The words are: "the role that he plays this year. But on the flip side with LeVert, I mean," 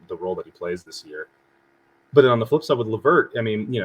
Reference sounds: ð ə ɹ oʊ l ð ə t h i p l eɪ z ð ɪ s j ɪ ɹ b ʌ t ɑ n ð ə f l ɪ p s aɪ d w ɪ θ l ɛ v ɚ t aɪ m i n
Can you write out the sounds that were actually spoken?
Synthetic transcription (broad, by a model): ð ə ɹ oʊ l ð ə t h i p l eɪ z ð ɪ s j ɪ ɹ b ʌ t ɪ n ð ə f l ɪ p s aɪ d w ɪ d l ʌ v ɚ t aɪ m i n